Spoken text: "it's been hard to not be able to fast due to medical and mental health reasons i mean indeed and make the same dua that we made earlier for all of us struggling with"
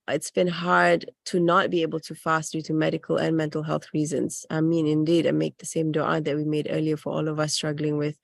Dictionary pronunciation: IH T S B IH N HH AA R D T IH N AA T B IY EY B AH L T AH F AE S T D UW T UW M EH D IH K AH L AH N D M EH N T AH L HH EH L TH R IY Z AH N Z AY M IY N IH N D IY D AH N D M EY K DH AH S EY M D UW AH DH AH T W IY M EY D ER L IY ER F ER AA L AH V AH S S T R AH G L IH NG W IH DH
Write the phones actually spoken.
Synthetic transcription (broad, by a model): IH T S B IH N HH AA R D T IH N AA T B IY EY B AH L T AH F AE S T D UW T UW M EH D IH K AH L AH N M EH N T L HH EH L TH R IY Z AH N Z AY M IY N IH N D IY D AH M EY K DH AH S EY M D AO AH DH AH T W IY M EY D ER L IY ER F ER AA L AH V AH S S T R AH G L IH NG W IH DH